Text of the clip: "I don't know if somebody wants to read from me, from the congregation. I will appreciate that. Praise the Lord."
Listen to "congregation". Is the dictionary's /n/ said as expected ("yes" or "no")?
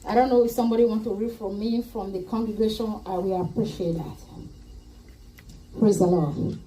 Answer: yes